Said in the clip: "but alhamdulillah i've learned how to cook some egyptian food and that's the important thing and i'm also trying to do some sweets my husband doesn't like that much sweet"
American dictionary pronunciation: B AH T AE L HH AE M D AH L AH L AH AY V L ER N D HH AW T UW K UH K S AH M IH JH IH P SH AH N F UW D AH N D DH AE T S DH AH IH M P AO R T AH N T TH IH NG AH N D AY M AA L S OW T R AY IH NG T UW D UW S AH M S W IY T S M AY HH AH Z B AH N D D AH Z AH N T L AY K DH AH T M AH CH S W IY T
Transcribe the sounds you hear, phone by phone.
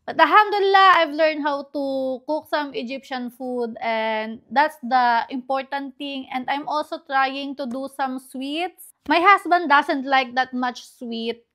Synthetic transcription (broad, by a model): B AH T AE HH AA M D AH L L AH AY V L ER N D HH AW T UW K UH K S AH M IH JH IH P SH AH N F UW D AH N D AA T S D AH IH M P AO R T AH N T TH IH NG AH N D AY M AA L S OW T R AY IH NG T UW D UW S AH M S W IY T S M AY HH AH S B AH N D D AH S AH N T L AY K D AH T M AH CH S W IY T